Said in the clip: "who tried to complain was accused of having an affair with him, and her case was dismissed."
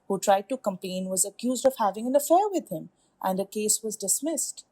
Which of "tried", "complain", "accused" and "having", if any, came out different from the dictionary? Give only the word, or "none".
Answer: complain